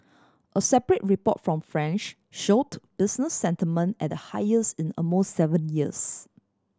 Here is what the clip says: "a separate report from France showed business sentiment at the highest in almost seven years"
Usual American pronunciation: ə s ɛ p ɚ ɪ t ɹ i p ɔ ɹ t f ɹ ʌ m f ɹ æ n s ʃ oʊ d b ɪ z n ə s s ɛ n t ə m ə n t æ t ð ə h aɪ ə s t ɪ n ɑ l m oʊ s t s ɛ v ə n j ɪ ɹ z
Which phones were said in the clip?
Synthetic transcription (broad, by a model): ə s ɛ p ɚ ɪ t ɹ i p ɔ t f ɹ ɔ m f ɹ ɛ n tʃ ʃ oʊ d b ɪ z n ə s s ɛ n t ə m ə n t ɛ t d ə h aɪ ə s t ɪ n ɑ m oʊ s t s ɛ v ə n j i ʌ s